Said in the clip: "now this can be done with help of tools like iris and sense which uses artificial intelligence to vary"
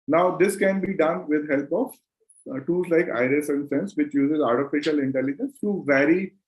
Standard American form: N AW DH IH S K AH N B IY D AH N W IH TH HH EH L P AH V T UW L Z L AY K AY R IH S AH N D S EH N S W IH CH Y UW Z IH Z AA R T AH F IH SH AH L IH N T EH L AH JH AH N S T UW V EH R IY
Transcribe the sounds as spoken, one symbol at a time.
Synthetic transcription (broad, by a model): N AW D IH S K AH N B IY D AH N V IH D HH EH L P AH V T UW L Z L AY K AY R IH S AH N D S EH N S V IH CH Y UW Z IH Z AA R T AH F IH SH AH L IH N T EH L AH JH AH N S T UW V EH R IY